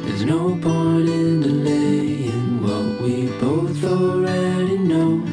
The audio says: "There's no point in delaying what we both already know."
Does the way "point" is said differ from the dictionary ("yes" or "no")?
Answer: yes